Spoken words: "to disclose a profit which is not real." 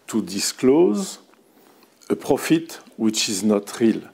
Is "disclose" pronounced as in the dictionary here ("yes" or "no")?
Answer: yes